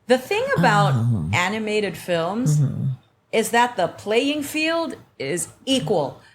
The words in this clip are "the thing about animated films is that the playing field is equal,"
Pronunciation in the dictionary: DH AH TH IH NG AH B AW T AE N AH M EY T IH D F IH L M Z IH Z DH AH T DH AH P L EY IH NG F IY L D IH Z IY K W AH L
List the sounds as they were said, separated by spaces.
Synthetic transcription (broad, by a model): DH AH TH IH NG AH B AW T AE N AH M EY T IH D F IH L M Z IH Z DH AH T DH AH P L EY IH NG F IY L D IH Z IY K W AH L